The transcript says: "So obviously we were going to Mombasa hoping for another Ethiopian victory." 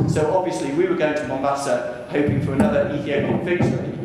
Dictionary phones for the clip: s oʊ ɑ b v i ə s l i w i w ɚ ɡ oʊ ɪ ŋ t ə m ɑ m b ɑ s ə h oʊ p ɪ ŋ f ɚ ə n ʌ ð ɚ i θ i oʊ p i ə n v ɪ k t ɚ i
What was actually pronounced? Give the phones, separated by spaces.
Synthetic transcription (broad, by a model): s oʊ ɑ b v i ə s l i w i w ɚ ɡ oʊ ɪ ŋ t ə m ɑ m b ɑ s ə h oʊ p ɪ ŋ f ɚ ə n ʌ ð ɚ i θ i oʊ i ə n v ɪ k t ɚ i